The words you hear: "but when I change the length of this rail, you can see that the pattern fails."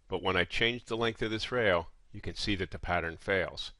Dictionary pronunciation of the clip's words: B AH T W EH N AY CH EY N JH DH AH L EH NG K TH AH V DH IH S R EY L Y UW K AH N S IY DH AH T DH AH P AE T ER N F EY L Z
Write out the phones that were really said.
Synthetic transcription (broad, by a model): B AH T W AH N AY CH EY N JH DH AH L EH NG K TH AH V DH IH S R EY L Y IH K AH N S IY DH AH T DH AH P AE T ER N F EY L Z